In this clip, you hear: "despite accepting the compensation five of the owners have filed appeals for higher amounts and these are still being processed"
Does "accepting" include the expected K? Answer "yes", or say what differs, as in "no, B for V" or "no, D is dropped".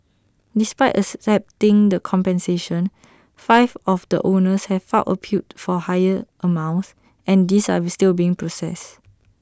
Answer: no, K is dropped